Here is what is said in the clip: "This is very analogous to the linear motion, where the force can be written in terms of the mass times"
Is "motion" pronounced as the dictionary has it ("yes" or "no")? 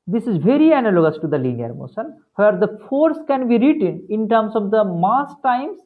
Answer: no